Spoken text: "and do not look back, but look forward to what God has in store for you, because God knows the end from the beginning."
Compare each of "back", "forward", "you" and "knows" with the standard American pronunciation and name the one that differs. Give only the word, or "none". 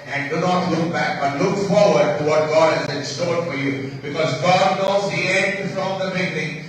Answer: none